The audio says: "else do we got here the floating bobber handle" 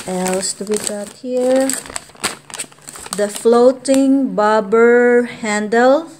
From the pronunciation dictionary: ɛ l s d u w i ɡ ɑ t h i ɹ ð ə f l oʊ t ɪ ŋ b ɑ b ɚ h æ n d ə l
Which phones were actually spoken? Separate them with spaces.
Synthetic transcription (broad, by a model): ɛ l s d w i ɡ ɑ t h i ɹ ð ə f l oʊ t ɪ ŋ b ɑ b ɚ h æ n d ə l